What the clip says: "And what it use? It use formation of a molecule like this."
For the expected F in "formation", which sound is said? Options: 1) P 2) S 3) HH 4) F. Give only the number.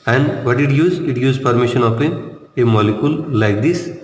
1